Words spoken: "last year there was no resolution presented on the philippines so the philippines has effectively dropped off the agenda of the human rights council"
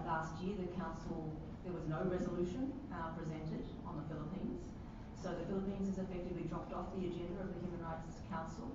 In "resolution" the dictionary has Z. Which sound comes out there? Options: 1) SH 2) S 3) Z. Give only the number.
3